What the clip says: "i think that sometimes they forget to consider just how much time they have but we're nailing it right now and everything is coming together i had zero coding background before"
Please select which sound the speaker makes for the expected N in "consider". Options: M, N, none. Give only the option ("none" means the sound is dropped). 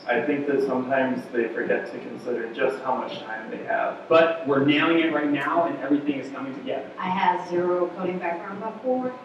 N